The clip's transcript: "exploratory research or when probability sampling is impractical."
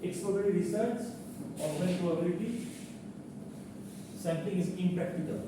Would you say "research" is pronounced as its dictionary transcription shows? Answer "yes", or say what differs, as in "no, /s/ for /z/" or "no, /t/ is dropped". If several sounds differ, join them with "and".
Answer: no, /s/ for /tʃ/